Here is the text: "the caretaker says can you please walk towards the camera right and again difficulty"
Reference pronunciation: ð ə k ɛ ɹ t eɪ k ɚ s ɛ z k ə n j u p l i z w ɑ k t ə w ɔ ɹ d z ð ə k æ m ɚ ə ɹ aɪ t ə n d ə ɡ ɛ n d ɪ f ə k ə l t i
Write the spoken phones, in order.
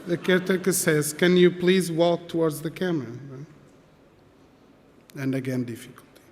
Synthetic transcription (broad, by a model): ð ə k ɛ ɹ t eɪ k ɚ s ɛ z k ə n j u p l i z w ɑ k t ə w ɔ ɹ d z ð ə k æ m ɚ ə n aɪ ə n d ə ɡ ɛ n d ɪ f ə k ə l t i